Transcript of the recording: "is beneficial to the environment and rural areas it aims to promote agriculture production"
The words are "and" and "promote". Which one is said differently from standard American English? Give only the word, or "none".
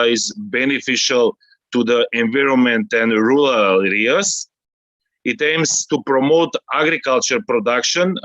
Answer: none